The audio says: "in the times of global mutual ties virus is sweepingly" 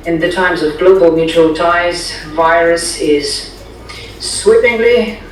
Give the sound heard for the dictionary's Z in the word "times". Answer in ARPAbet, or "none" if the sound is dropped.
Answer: Z